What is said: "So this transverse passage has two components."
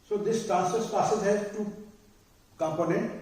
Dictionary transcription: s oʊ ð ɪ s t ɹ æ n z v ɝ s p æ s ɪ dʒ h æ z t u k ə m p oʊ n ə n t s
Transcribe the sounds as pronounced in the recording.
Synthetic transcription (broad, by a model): s oʊ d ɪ s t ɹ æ n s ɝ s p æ s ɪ z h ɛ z t u k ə m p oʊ n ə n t